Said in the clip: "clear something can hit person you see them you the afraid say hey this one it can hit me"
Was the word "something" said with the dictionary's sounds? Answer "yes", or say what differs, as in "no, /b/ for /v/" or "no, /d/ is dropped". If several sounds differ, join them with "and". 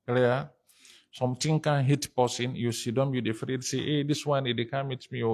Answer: no, /t/ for /θ/